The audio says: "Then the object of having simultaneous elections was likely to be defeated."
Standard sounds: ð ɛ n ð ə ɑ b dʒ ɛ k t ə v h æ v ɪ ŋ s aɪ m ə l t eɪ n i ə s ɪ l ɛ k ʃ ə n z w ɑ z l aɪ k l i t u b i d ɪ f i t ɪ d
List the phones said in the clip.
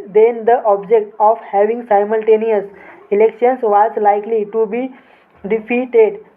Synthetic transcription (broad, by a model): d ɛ n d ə ɑ b dʒ ɛ k t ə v h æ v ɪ ŋ s aɪ m ə l t eɪ n i ə s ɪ l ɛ k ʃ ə n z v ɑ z l aɪ k l i t u b i d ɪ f i t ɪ d